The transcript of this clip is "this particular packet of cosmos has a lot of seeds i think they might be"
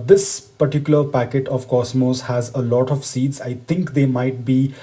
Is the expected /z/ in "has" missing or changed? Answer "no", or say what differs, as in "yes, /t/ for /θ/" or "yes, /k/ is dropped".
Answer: no